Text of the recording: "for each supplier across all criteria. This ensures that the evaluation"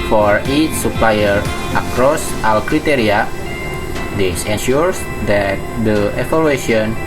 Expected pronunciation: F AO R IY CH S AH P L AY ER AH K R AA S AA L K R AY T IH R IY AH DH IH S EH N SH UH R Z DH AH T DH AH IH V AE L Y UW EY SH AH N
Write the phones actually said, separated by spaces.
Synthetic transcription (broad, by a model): F AO R IY CH S AH P L AY ER AH K R AA S AA L K R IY T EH R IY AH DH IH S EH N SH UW R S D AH T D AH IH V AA L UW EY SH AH N